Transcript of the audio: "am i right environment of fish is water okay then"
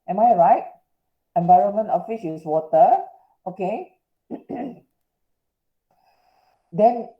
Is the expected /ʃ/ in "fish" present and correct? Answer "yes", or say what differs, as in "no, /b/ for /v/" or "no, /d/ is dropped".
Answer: no, /s/ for /ʃ/